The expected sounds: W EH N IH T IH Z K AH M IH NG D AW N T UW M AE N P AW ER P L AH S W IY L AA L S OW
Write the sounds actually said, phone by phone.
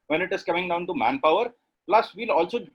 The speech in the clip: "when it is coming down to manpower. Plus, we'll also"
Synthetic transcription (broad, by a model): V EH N IH T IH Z K AH M IH NG D AW N T UW M AE N P AW ER P L AH S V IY L AA L S OW